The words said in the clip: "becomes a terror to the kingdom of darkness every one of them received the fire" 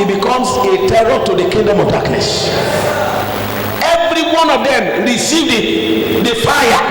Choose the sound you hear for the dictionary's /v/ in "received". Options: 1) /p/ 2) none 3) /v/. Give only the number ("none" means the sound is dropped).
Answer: 3